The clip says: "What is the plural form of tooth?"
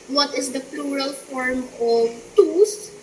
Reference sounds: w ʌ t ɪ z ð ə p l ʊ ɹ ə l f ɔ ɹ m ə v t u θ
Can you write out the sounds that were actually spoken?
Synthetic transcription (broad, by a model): w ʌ t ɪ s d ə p l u ɹ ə l f ɔ ɹ m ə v t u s